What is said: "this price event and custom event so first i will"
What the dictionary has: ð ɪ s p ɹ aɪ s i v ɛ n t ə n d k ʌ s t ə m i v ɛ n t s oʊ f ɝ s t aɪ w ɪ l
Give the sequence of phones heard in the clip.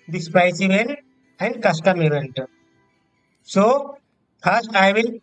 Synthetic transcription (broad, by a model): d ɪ s p aɪ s i v ɛ n t ə n d k ʌ s t ə m i v ɛ n t s oʊ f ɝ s t aɪ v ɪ l